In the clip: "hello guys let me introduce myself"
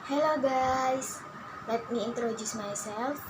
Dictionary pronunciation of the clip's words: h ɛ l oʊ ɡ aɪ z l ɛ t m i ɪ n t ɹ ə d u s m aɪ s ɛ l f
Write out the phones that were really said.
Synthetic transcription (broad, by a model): h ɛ l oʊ ɡ aɪ s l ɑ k m i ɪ n t ɹ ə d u s m aɪ s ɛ l f